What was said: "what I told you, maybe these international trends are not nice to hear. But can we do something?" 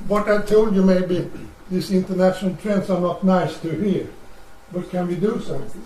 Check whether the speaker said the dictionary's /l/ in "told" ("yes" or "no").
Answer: yes